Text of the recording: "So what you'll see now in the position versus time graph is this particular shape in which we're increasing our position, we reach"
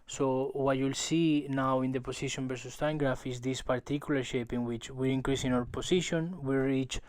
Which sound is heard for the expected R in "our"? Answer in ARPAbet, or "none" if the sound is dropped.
W